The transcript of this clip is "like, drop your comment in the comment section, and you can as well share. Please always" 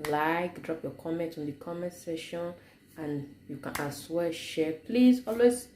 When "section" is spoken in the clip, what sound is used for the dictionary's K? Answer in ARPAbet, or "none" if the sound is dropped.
none